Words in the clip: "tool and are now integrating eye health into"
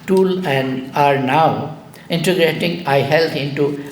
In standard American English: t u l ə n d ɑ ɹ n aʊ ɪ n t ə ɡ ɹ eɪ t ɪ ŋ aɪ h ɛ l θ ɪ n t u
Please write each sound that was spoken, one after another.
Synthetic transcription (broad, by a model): t u l ə n d ɑ ɹ n aʊ ɪ n t ə ɡ ɹ eɪ t ɪ ŋ aɪ h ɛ l t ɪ n t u